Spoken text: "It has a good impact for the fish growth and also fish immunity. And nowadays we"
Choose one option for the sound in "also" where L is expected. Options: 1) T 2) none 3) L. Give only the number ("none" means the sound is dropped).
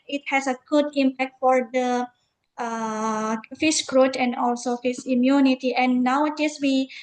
3